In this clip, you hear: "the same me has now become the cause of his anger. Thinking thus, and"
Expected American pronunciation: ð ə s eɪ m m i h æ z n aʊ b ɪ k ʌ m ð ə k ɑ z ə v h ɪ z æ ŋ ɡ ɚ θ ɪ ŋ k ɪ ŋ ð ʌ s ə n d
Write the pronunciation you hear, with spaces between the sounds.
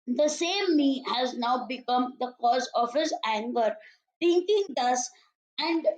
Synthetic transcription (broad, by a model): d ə s eɪ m m i h æ z n aʊ b ɪ k ʌ m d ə k ɑ z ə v h ɪ z æ ŋ ɡ ɚ t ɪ ŋ k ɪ ŋ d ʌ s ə n d